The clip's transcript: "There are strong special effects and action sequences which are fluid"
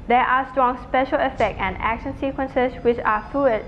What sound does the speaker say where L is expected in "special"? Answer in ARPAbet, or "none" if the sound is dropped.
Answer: L